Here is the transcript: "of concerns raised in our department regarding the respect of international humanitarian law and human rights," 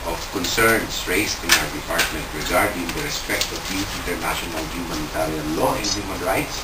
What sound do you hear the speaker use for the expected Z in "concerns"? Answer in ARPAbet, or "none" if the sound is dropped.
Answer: S